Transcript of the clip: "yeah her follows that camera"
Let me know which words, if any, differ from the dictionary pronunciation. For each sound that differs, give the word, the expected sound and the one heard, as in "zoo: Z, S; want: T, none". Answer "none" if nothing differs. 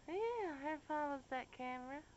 follows: L, W